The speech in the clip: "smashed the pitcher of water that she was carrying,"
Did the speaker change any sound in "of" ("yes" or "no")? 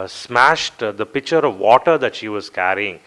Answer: no